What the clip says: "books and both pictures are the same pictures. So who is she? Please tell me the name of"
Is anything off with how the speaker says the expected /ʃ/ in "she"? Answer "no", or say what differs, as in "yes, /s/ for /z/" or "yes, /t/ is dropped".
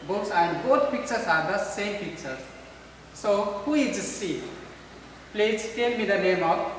yes, /s/ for /ʃ/